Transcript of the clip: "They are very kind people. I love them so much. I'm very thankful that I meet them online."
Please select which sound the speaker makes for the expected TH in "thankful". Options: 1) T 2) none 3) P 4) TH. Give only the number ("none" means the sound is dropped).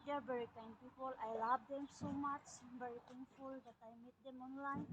1